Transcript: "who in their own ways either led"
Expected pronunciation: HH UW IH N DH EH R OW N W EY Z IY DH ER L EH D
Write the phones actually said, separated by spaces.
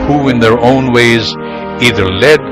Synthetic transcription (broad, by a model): HH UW IH N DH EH R OW N W EY Z IY DH ER L EH D